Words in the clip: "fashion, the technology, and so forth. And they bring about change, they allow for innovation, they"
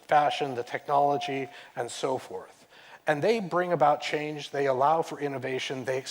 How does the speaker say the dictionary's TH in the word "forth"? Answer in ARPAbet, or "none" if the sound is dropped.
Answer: TH